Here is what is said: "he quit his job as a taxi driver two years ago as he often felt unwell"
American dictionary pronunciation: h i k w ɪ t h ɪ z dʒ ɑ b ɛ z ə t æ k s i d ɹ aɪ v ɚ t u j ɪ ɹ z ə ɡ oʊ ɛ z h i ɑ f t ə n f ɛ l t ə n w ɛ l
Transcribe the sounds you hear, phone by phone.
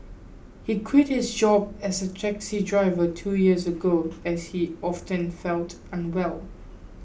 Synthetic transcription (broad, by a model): h i k w ɪ t h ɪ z dʒ ɑ b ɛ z ə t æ k s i d ɹ aɪ v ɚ t u j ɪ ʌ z ə ɡ oʊ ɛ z h i ɑ f t ə n f ɛ l t ə n w ɛ l